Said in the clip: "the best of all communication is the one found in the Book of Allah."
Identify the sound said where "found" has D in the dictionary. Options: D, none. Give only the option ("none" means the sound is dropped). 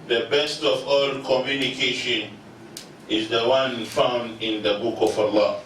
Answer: D